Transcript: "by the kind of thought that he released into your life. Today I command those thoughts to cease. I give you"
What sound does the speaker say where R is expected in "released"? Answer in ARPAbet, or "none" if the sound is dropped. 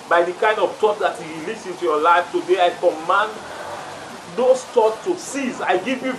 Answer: L